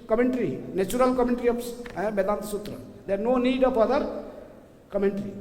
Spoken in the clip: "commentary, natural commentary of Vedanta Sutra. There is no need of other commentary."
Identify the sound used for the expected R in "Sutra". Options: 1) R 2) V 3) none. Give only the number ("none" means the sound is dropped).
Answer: 1